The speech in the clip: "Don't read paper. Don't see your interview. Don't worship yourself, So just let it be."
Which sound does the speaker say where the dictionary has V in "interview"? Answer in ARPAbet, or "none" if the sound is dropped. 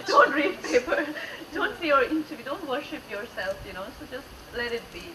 none